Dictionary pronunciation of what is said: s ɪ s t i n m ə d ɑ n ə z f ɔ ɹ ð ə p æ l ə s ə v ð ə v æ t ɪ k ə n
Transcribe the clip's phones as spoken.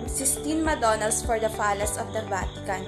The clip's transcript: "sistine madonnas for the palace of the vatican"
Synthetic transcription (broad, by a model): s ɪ s t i n m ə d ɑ n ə s f ɔ ɹ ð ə f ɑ l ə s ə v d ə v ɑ t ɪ k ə n